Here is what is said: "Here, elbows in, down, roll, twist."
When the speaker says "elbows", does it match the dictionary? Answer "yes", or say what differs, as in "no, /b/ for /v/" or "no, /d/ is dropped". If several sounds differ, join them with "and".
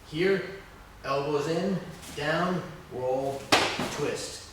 yes